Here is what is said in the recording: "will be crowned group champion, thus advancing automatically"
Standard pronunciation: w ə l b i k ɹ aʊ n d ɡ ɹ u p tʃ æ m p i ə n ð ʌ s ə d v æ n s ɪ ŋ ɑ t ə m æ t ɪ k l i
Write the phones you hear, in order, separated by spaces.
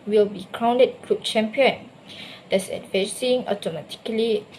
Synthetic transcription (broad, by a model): w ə l b i k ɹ aʊ n d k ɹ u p tʃ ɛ m p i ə n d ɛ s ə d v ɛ s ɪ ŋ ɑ t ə m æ t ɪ k l i